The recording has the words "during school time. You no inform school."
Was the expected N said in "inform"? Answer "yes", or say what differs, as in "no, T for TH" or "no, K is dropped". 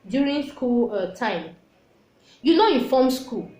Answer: no, N is dropped